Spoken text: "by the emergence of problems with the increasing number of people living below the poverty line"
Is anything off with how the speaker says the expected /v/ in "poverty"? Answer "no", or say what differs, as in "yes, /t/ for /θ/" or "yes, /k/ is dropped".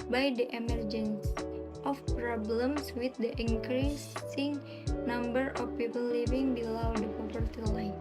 yes, /p/ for /v/